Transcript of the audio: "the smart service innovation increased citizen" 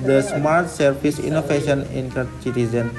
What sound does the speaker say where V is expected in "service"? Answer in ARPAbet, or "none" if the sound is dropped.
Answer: P